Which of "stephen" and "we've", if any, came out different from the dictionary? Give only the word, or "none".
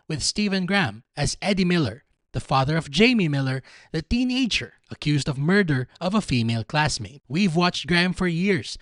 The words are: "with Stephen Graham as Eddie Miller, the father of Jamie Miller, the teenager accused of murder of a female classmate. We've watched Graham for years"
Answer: none